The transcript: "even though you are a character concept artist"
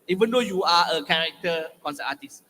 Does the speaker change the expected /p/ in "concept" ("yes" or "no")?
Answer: yes